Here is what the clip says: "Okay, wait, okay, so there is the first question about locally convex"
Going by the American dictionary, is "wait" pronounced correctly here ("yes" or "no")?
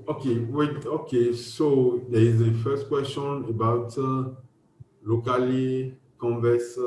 no